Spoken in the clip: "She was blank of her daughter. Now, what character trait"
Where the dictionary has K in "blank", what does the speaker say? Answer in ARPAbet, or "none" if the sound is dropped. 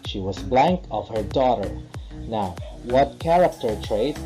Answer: K